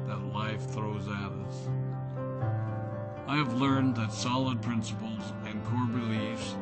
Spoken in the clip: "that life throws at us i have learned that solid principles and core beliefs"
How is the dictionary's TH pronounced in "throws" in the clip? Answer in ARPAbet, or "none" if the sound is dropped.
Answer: TH